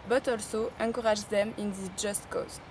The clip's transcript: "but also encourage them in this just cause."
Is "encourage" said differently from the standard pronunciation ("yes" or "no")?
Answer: yes